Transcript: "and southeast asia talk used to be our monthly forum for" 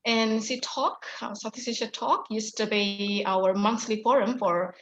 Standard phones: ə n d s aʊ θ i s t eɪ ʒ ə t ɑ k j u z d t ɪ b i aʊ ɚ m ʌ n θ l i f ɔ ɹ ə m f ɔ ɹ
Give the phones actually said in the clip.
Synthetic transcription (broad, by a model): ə n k s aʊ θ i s eɪ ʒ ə t ɑ k j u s t ɪ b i aʊ ɚ m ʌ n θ l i f ɔ ɹ ə m f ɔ ɹ